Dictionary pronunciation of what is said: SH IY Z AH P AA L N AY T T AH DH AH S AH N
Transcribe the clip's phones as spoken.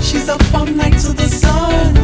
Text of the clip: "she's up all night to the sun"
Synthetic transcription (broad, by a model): SH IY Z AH F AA N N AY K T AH DH AH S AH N